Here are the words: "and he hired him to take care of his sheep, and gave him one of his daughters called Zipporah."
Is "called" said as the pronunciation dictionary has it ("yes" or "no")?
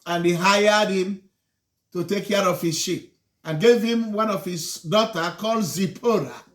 yes